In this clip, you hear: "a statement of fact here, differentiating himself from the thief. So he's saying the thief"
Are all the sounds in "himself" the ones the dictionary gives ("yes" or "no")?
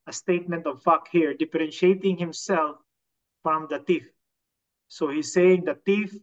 yes